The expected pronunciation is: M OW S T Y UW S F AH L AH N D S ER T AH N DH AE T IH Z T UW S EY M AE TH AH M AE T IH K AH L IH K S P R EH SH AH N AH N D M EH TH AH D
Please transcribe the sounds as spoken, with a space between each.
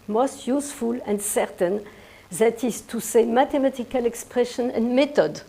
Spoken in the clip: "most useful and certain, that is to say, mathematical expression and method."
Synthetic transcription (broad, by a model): M OW S T Y UW S F AH L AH N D S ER T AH N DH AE T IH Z T UW S EY M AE T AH M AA T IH K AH L IH K S P R EH SH AH N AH N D M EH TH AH D